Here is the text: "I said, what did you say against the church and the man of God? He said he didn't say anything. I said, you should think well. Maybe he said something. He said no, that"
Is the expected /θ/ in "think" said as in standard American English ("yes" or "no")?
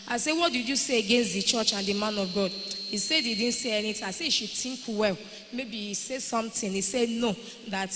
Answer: no